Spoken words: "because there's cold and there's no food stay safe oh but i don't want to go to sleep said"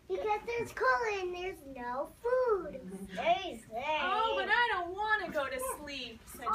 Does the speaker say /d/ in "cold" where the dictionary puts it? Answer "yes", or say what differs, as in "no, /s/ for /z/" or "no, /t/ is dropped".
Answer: no, /d/ is dropped